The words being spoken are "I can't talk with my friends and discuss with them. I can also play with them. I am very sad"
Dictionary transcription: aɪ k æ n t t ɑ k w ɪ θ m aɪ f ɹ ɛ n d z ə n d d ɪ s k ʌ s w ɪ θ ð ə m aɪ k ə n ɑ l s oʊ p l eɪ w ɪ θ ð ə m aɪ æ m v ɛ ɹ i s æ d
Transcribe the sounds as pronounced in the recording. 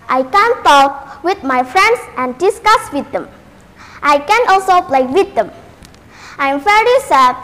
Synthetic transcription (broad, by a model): aɪ k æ n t t ɑ k w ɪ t m aɪ f ɹ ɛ n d s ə n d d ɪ s k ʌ s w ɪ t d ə m aɪ k ə n ɑ l s oʊ p l eɪ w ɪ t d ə m aɪ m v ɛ ɹ i s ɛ